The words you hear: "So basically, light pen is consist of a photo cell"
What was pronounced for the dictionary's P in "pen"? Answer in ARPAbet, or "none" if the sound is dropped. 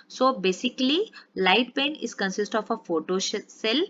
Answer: B